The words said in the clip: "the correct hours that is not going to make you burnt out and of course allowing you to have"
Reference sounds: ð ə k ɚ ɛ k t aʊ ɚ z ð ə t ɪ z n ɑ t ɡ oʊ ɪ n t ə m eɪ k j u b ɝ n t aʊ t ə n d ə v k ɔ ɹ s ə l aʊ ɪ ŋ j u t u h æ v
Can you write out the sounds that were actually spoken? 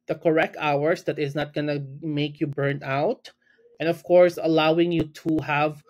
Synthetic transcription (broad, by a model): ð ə k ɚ ɛ k t aʊ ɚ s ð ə t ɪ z n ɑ t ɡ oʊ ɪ n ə m eɪ k j u b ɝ n aʊ t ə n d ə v k ɔ ɹ s ə l aʊ ɪ ŋ j u t u h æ v